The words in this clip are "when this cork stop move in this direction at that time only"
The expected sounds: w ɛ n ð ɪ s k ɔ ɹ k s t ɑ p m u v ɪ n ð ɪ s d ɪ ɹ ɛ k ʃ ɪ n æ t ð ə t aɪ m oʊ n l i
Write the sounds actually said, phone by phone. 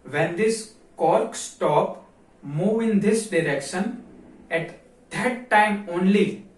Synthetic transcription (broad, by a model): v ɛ n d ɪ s k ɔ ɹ k s t ɑ p m u v ɪ n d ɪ s d ɪ ɹ ɛ k ʃ ɪ n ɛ t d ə t aɪ m oʊ n l i